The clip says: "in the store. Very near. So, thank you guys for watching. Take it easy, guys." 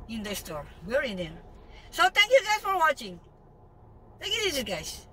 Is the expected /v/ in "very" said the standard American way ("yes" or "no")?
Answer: no